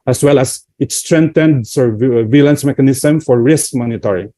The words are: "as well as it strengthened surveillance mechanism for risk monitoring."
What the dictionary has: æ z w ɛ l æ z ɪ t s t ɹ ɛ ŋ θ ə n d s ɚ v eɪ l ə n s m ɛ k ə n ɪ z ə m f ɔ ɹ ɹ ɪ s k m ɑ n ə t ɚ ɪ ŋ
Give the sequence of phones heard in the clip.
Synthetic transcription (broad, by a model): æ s w ɛ l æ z ɪ t s t ɹ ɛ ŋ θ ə n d s ɚ v eɪ l ə n s m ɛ k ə n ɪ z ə m f ɔ ɹ ɹ ɪ s k m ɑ n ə t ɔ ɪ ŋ